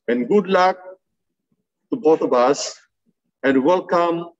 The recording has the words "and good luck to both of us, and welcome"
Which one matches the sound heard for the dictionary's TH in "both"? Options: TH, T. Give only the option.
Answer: T